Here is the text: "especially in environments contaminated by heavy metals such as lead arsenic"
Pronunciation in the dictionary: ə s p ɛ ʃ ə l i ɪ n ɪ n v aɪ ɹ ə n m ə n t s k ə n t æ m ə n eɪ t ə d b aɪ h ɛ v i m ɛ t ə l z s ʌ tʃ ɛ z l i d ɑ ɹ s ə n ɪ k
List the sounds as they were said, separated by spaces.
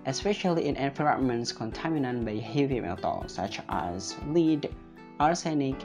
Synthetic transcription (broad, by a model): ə s p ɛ ʃ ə l i ɪ n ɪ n f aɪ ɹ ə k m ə n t s k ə n t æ m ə n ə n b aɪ h ɛ v i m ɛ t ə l s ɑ tʃ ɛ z l i d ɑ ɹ s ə n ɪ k